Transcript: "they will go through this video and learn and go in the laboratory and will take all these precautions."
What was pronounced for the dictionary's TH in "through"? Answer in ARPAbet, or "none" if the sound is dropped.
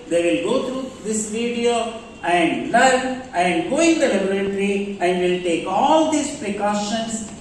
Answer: T